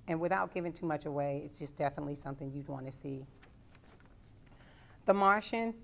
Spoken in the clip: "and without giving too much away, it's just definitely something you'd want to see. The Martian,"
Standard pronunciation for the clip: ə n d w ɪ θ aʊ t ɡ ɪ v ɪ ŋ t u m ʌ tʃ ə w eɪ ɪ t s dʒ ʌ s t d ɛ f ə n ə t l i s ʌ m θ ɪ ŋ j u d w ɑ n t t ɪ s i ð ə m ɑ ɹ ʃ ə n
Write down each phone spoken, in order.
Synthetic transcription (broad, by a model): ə n w ɪ θ aʊ t ɡ ɪ v ɪ ŋ t u m ʌ tʃ ə w eɪ ɪ t s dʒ ʌ s d ɛ f ə n ə t l i s ʌ m θ ɪ ŋ j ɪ d w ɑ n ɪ s i ð ə m ɑ ɹ ʃ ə n